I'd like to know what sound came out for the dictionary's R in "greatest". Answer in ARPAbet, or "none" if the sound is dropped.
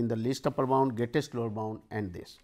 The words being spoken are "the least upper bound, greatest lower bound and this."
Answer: none